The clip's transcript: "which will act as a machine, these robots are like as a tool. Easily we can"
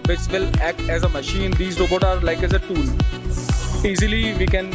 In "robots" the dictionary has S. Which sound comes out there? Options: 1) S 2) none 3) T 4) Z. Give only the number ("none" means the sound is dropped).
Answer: 2